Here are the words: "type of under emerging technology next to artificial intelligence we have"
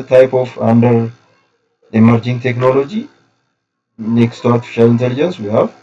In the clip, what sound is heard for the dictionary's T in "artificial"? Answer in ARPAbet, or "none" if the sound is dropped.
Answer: T